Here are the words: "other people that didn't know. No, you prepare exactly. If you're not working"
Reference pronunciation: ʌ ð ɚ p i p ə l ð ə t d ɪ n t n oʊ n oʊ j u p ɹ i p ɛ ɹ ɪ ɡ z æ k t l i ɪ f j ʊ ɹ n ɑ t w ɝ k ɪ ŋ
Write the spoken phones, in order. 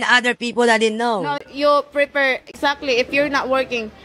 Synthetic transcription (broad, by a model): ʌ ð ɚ p i p ə l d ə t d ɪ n n oʊ n oʊ j u p ɹ i p ɛ ɹ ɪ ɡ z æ k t l i ɪ f j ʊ ɹ n ɑ t w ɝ k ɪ ŋ